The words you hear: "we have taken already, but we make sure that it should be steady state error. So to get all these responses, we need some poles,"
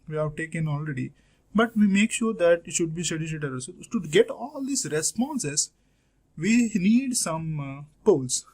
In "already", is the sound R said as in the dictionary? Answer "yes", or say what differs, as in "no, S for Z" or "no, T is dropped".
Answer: yes